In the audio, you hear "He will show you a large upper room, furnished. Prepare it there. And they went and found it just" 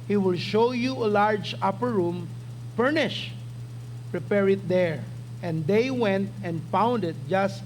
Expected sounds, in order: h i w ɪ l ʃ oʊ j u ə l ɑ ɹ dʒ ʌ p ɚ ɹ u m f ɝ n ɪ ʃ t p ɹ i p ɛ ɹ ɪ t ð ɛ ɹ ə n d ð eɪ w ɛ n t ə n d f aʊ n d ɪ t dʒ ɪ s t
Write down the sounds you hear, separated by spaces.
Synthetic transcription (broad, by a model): h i w ɪ l ʃ oʊ j u ə l ɑ ɹ dʒ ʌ p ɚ ɹ u m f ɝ n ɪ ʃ p ɹ i p ɛ ɹ ɪ t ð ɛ ɹ ə n d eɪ w ɛ n t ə n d f aʊ n d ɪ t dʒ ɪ s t